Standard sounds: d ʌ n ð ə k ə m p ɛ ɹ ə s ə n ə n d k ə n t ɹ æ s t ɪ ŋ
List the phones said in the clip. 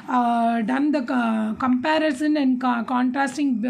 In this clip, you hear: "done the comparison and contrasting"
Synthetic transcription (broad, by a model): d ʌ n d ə k ə m p ɛ ɹ ə s ə n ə n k k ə n t ɹ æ s t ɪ ŋ